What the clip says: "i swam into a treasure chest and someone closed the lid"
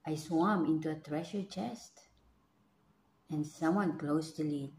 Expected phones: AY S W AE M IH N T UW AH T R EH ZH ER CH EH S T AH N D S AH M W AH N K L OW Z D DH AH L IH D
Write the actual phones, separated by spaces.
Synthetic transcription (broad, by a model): AY S W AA M IH N T UW AH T R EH SH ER CH EH S T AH N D S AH M W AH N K L OW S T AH L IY